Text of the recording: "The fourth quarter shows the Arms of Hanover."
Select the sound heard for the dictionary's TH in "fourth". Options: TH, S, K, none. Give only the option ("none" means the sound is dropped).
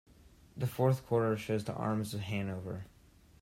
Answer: TH